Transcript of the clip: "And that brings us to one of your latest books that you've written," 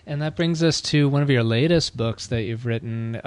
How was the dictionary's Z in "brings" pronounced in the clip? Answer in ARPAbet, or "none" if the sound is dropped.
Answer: Z